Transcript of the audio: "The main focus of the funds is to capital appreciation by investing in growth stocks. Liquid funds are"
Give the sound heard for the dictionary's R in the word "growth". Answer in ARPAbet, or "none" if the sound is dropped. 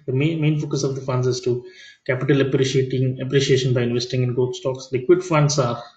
none